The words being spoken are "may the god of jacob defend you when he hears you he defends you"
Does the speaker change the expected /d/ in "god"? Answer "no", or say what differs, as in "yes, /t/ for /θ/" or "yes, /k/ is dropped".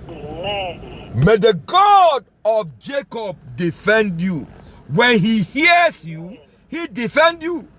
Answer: no